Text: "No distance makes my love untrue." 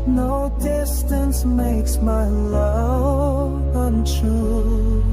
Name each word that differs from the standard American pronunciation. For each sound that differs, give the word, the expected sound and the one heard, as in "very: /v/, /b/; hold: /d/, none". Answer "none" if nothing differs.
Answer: love: /v/, none